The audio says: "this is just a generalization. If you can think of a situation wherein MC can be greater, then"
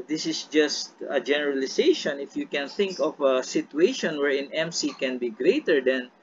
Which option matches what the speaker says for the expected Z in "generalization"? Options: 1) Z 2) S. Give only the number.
2